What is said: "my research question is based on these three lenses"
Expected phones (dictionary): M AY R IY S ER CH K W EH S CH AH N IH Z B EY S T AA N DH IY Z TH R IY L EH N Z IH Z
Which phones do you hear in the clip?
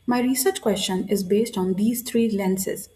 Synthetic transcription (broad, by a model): M AY R IY S ER CH K W EH S CH AH N IH Z B EY S T AA N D IY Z T R IY L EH N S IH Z